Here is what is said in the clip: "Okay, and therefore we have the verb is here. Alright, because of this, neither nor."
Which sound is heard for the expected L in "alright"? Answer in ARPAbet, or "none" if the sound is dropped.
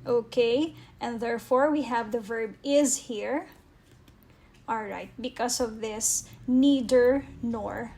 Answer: L